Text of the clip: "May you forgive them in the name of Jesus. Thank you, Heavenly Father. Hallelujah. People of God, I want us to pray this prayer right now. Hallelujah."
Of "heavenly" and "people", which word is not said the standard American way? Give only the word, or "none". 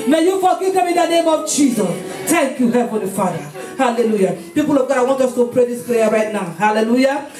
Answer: heavenly